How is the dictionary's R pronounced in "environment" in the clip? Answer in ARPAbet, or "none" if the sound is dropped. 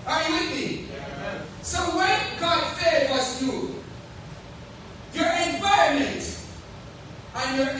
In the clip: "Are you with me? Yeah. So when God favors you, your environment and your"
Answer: none